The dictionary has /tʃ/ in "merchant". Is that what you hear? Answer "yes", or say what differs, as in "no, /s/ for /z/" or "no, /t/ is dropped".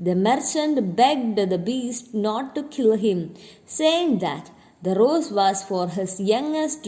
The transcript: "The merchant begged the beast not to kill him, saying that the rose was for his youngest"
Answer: yes